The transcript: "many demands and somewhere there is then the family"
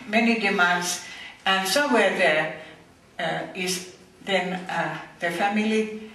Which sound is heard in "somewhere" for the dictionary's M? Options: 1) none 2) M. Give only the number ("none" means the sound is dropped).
1